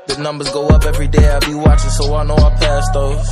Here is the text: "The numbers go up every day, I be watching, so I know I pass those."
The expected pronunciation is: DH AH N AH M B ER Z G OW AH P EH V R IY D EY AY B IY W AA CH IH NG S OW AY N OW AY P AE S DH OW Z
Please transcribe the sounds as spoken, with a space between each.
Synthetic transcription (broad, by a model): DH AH N AH M B ER Z G OW AH P EH V R IY D EY AY B IY W AA CH IH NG S OW AY N OW AY P AE S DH OW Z